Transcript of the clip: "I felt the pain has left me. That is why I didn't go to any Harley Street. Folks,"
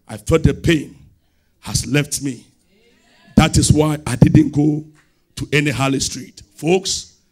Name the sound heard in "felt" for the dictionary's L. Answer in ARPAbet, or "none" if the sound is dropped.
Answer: none